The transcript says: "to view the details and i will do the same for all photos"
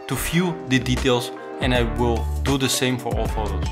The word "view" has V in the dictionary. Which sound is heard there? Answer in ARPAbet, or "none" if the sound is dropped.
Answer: F